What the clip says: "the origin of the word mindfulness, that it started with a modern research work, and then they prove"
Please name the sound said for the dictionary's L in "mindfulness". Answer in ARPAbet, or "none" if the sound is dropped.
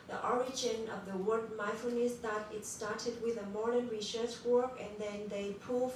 none